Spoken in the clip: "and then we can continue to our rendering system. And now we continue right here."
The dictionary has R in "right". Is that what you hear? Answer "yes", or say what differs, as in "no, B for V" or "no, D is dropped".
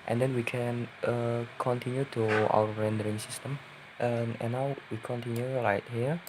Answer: no, L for R